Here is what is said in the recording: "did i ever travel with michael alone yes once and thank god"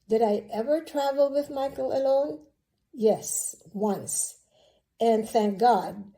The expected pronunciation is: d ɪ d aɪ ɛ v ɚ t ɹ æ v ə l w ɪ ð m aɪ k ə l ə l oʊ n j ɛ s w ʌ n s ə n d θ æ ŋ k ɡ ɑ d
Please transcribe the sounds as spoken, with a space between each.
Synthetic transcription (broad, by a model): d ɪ d aɪ ɛ v ɚ t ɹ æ v l w ɪ ð m aɪ k l ə l oʊ n j ɛ s w ʌ n s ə n θ æ ŋ k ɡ ɑ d